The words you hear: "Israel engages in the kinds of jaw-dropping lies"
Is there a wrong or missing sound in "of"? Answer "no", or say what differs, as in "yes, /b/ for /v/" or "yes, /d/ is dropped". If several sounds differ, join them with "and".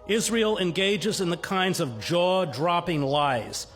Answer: no